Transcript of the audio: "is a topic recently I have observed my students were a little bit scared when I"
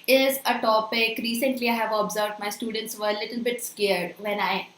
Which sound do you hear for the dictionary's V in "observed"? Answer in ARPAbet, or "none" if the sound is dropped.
V